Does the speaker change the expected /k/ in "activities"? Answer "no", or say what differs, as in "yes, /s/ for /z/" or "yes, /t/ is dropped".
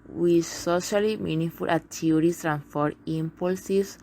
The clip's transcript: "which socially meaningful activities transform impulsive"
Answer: yes, /k/ is dropped